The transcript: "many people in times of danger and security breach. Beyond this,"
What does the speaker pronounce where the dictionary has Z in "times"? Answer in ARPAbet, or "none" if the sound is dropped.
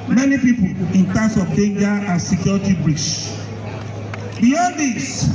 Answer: S